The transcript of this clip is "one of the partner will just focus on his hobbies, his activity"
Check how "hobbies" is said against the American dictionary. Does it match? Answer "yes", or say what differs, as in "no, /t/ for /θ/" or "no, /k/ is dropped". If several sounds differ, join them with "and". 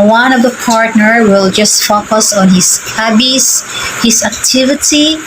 no, /s/ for /z/